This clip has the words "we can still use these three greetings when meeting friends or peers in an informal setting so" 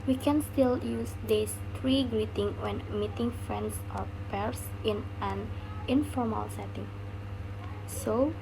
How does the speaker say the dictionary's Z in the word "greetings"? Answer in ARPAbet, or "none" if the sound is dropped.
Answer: none